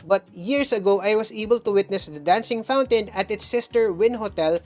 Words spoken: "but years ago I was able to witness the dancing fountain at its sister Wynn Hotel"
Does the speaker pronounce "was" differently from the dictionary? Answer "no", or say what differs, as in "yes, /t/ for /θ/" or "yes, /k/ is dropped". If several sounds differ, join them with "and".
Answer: yes, /s/ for /z/